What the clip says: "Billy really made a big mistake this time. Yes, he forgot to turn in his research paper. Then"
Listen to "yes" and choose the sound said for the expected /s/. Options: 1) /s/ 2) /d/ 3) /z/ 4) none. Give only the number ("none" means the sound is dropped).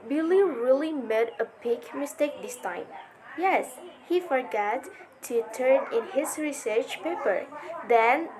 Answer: 1